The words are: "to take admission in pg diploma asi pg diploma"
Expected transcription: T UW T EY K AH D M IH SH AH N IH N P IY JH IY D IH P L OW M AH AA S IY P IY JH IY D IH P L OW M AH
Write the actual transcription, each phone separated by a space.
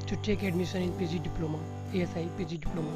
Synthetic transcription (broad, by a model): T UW T EY K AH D M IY S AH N IH N P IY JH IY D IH P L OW M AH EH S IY P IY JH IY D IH P L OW M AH